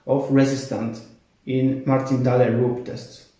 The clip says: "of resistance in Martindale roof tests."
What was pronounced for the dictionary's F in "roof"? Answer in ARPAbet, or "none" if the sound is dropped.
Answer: P